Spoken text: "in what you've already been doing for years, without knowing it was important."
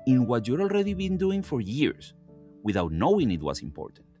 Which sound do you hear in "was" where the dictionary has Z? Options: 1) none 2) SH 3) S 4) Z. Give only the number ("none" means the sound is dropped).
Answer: 3